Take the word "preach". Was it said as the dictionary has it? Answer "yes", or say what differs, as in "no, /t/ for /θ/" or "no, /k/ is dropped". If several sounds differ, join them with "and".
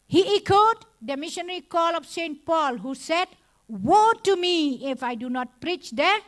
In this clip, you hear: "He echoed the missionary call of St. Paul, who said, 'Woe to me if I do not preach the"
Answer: yes